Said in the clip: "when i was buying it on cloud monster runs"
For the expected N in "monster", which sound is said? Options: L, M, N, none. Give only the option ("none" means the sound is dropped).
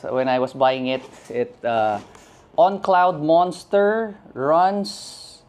N